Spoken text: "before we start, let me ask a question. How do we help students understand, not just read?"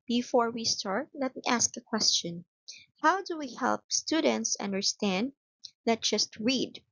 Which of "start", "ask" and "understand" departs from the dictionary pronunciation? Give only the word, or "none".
none